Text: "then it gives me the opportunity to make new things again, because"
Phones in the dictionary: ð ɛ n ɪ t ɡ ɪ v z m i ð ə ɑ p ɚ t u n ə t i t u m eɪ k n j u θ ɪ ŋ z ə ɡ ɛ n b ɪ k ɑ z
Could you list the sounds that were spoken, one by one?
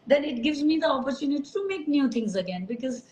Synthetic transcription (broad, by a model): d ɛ n ɪ t ɡ ɪ v z m i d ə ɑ p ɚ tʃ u n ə t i t u m eɪ k n j u t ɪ ŋ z ə ɡ ɛ n b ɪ k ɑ z